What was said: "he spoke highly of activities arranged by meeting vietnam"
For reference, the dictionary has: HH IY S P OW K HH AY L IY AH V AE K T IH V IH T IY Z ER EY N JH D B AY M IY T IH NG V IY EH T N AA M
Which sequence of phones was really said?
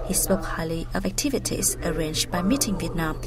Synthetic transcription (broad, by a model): HH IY S P OW K HH AY L IY AH V AE K T IH V IH T IY Z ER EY N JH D B AY M IY T IH NG V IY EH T N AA M